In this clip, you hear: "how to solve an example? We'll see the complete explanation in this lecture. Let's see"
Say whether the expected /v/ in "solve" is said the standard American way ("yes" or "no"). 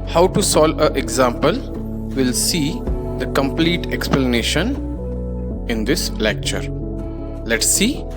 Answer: no